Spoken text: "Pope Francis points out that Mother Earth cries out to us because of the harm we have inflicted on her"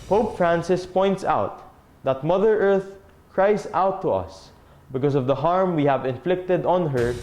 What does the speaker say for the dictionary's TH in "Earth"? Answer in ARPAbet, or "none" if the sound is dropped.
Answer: TH